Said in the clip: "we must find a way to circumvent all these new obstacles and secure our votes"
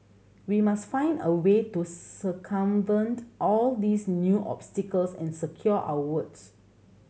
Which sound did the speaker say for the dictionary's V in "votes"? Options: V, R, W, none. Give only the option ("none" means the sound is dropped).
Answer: W